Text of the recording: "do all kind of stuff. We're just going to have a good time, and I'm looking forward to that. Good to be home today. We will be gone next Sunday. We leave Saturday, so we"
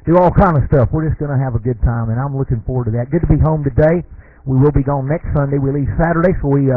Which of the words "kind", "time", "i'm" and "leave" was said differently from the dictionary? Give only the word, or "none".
none